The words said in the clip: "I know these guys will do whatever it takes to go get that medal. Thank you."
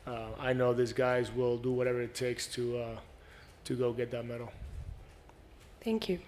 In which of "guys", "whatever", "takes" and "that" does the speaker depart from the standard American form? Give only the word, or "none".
none